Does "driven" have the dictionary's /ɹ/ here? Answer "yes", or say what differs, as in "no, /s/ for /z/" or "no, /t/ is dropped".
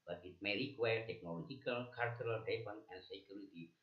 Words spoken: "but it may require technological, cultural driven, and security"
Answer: no, /ɹ/ is dropped